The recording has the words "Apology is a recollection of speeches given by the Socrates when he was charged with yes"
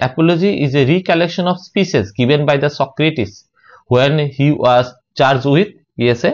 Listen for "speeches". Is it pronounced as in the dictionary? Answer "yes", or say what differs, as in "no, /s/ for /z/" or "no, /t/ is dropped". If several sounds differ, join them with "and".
no, /ʃ/ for /tʃ/